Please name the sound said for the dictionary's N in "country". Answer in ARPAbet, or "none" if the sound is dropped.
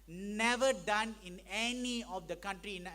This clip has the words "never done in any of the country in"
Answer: N